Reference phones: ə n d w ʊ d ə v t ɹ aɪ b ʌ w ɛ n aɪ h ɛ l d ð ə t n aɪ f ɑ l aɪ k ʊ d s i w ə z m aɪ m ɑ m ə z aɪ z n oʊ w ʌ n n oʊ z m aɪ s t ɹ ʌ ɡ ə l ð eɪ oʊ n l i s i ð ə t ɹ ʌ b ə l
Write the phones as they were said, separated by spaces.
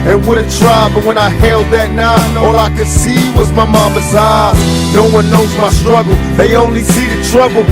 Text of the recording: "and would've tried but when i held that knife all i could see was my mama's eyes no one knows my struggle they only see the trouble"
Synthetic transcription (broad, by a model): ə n w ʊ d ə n t ɹ aɪ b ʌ w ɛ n aɪ h ɛ l d ð ə t n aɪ ɑ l aɪ k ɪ s i w ə z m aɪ m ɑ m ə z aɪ n oʊ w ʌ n n oʊ z m aɪ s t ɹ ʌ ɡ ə l ð eɪ oʊ n l i s i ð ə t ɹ ʌ b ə l